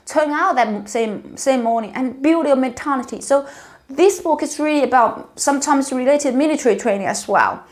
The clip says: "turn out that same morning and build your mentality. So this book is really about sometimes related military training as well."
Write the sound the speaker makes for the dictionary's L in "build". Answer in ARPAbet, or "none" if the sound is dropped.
none